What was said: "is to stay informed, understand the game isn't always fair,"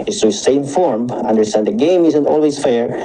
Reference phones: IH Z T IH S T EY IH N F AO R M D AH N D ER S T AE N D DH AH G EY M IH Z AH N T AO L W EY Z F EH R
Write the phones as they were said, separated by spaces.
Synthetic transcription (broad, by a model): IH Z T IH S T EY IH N F AO R M AH N D ER S T AE N D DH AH G EY M IH Z AH N T AO L W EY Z F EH R